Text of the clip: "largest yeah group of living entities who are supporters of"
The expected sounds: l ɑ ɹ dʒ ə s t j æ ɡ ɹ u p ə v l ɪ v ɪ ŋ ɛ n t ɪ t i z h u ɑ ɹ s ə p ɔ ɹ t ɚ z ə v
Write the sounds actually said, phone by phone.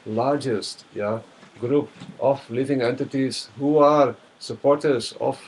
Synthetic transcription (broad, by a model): l ɑ ɹ dʒ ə s t j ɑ ɡ ɹ u p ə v l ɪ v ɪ ŋ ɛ n t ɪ t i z h u ɑ ɹ s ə p ɔ ɹ t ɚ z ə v